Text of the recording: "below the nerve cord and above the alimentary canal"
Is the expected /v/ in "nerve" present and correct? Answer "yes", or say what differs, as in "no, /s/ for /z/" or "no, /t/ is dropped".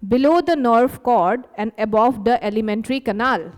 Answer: no, /f/ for /v/